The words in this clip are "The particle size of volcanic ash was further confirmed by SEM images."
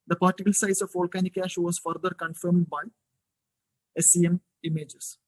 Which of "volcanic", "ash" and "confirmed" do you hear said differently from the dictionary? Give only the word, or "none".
none